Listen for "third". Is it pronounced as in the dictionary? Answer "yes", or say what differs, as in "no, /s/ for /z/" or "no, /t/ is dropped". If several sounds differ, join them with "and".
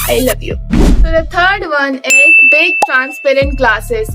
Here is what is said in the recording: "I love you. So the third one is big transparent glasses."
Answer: no, /t/ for /θ/